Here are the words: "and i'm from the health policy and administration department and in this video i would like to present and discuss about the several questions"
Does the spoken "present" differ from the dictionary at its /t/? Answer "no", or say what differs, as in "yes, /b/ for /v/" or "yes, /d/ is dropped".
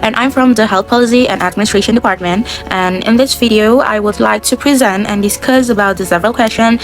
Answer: no